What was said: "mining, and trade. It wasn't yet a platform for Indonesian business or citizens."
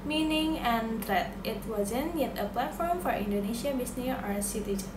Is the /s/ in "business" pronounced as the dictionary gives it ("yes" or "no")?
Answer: no